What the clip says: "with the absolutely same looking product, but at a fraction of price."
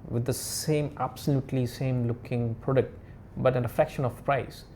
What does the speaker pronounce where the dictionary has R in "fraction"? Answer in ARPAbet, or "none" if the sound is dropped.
none